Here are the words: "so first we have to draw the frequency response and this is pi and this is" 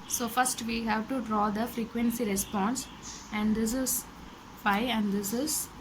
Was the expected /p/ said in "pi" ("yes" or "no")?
no